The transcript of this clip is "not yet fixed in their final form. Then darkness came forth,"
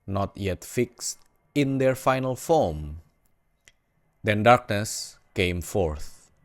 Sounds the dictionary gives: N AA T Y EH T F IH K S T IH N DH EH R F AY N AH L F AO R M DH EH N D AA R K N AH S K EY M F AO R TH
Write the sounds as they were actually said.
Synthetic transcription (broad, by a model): N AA T Y EH T F IH K S T IH N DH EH R F AY N AH L F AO M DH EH N D AA R K N AH S K EY M F AO R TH